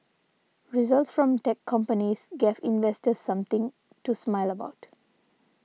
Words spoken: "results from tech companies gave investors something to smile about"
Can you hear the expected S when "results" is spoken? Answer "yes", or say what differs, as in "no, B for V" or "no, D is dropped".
yes